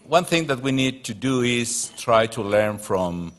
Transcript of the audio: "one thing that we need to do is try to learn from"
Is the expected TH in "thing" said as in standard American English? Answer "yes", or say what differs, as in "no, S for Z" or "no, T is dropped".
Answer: yes